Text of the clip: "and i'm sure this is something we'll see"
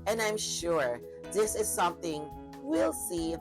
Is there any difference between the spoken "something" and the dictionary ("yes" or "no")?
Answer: no